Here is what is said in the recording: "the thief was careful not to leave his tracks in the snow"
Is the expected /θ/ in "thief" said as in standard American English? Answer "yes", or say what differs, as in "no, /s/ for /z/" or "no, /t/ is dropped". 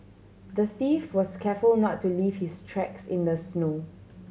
yes